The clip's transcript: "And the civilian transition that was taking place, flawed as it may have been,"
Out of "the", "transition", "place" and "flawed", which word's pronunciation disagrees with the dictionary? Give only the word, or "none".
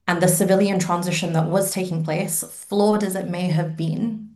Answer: none